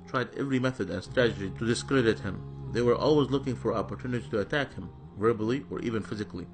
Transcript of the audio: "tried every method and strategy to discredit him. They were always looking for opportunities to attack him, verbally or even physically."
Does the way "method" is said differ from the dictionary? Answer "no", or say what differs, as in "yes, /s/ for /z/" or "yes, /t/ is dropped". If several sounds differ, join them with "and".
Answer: no